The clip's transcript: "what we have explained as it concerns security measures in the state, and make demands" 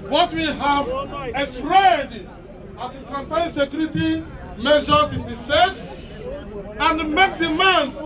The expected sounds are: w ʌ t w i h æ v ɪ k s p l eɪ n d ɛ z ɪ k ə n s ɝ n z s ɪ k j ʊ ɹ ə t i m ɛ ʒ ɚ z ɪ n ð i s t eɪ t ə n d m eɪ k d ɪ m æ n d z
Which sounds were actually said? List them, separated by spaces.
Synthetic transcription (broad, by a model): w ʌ t w i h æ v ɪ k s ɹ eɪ d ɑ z ɪ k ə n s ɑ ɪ s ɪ k j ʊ ɹ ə t i m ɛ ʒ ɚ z ɪ n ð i s t eɪ t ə n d m eɪ k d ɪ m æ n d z